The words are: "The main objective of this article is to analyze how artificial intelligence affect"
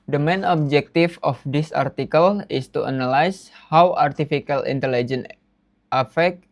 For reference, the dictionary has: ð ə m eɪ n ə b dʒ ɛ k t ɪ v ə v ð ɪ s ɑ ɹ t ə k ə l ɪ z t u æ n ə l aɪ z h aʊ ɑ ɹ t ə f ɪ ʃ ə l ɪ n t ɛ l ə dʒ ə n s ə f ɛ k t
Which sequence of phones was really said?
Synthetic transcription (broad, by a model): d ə m eɪ n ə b dʒ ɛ k t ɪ f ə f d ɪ s ɑ ɹ t ə k ə l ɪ s t u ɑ n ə l aɪ s h aʊ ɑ ɹ t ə f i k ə l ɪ n t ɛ l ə dʒ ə n ə f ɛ k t